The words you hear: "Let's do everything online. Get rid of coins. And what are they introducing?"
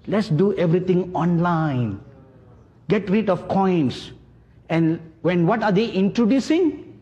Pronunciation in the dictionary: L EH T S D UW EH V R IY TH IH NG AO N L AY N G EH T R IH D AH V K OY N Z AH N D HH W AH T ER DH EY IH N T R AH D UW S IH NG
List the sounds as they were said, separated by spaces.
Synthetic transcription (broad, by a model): L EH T S D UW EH V R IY T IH NG AO N L AY N G EH T R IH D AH F K OY N S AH N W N W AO T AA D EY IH N T R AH D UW S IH NG